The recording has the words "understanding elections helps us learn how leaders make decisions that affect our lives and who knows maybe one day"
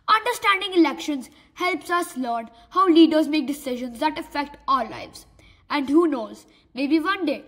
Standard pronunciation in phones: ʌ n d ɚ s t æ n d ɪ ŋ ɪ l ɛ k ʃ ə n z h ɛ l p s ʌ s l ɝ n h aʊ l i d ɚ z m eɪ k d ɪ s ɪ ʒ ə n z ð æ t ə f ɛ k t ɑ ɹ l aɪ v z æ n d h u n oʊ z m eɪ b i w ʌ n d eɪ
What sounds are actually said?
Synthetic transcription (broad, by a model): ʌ n d ɚ s t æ n d ɪ ŋ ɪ l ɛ k ʃ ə n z h ɛ l p s ʌ s l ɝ n h aʊ l i d ɚ z m eɪ k d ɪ s ɪ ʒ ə n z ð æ t ə f ɛ k t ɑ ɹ l aɪ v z æ n d h u n oʊ z m eɪ b i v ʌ n d eɪ